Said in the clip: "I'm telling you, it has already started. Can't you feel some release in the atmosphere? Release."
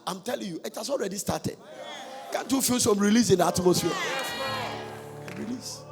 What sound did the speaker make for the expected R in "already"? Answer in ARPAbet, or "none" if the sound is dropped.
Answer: R